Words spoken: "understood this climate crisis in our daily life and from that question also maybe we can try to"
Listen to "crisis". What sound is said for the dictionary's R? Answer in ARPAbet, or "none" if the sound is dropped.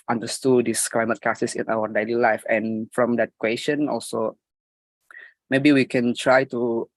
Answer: none